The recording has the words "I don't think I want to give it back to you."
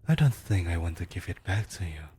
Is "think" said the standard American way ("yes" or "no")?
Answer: yes